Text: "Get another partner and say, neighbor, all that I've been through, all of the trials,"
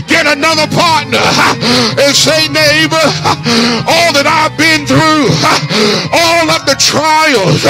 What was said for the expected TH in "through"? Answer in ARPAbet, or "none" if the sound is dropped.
TH